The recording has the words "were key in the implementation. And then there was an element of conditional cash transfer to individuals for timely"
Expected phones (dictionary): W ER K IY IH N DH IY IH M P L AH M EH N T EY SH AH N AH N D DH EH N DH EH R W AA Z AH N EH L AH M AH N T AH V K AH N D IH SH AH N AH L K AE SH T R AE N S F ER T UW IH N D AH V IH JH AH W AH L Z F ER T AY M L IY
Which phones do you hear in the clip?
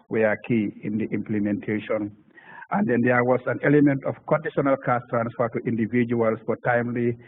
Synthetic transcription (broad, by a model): W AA K IY IH N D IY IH M P L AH M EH N T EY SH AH N AH N D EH N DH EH W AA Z AH N EH L AH M AH N T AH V K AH N D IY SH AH N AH L K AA S T R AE N S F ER T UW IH N D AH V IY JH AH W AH L S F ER T AY M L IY